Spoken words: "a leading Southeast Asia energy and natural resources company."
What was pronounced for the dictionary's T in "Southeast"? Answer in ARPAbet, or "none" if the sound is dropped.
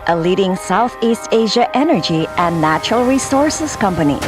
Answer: T